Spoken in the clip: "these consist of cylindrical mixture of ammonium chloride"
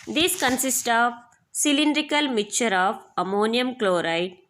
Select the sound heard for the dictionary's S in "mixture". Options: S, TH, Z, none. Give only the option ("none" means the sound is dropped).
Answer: none